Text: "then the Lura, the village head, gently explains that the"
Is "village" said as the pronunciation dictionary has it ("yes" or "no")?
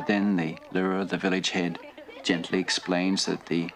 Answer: yes